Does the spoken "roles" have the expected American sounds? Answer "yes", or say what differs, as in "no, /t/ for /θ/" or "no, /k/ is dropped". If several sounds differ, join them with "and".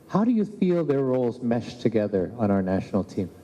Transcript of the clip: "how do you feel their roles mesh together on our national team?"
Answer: yes